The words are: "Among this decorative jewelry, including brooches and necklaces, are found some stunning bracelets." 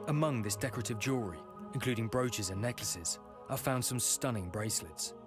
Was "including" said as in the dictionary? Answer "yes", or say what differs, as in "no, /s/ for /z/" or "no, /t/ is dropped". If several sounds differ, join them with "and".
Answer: yes